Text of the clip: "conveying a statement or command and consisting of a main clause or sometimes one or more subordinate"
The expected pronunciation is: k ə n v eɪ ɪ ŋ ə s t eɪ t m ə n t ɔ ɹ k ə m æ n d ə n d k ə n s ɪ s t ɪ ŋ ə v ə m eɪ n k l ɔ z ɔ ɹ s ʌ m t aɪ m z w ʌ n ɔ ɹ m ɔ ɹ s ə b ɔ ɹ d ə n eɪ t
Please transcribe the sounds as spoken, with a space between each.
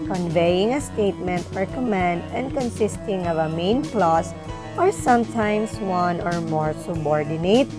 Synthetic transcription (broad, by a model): k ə n v eɪ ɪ ŋ ə s t eɪ t m ə n t ɔ ɹ k ə m æ n d ə n d k ə n s ɪ s t ɪ ŋ ə v ə m eɪ n k l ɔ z ɔ ɹ s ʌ m t aɪ m s w ʌ n ɔ ɹ m ɔ ɹ s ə b ɔ ɹ d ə n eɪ t